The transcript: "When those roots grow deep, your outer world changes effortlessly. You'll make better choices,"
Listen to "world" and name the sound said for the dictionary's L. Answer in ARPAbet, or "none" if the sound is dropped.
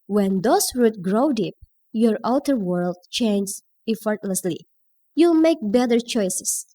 L